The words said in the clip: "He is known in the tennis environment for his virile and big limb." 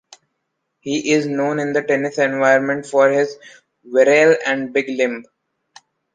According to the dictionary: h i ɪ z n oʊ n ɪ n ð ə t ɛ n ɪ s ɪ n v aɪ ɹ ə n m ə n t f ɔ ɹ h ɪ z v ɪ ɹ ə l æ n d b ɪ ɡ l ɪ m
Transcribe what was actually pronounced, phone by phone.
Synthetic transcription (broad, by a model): h i ɪ z n oʊ n ɪ n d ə t ɛ n ɪ s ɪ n v aɪ ə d m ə n t f ɔ ɹ h ɪ z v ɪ ɹ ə l æ n d b ɪ ɡ l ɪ m